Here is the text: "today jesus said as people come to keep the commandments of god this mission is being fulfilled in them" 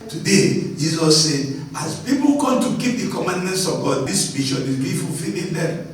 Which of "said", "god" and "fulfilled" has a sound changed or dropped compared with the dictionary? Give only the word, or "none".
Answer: fulfilled